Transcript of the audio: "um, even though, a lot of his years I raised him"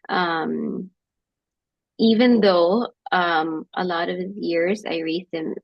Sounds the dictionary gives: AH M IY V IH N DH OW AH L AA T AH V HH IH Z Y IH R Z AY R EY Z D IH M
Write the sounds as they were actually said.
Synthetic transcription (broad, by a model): AH M IY V IH N DH OW AH L AA T AH V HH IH Z Y IH R Z AY R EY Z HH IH M